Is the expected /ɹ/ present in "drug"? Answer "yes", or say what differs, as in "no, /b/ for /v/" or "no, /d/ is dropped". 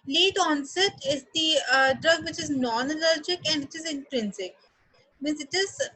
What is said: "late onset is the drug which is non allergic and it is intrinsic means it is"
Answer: yes